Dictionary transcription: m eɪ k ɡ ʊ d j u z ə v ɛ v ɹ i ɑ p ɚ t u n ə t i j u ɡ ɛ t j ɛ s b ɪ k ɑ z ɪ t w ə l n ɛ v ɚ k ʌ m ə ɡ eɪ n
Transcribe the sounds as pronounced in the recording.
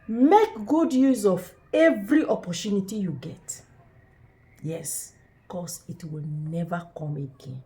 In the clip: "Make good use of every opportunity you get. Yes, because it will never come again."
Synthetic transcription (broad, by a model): m eɪ k ɡ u d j u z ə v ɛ v ɹ i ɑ p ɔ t u n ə t i j u ɡ ɛ t j ɛ s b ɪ k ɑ s ɪ t w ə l n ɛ v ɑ k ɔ m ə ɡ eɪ n